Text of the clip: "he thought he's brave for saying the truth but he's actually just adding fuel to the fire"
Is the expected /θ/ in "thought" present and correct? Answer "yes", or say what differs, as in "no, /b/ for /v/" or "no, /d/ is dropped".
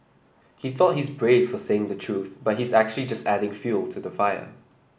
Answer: yes